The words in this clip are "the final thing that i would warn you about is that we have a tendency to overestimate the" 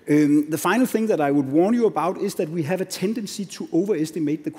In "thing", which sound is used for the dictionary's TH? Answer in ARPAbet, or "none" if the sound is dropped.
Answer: TH